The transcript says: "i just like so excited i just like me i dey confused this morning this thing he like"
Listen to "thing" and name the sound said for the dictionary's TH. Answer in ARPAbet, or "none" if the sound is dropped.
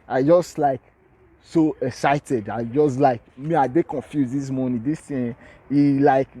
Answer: T